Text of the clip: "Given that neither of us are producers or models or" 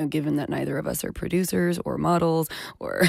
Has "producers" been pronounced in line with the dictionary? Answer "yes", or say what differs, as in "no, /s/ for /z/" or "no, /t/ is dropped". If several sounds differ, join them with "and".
yes